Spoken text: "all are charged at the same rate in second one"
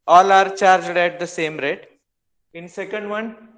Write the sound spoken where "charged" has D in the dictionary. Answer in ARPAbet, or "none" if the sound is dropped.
D